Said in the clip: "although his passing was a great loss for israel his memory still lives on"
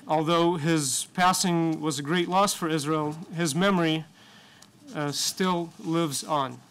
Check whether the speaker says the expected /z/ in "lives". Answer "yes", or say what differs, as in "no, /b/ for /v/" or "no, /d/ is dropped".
yes